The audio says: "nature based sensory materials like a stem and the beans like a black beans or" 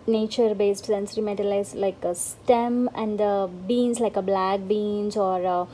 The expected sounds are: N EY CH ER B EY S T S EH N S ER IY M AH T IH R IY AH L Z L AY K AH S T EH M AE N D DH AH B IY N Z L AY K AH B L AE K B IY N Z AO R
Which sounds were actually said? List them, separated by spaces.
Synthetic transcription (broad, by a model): N EY CH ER B EY S T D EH N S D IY M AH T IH L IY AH Z L AY K AH S T EH M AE N D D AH B IY N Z L AY K AH B L AE K B IY N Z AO R